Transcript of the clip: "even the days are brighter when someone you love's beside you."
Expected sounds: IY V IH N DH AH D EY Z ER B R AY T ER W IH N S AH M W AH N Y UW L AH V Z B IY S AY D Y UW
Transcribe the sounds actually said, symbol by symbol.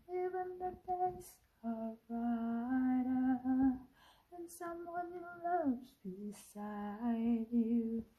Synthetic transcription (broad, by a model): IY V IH N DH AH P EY S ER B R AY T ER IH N S AH M W AH N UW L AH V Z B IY S AY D Y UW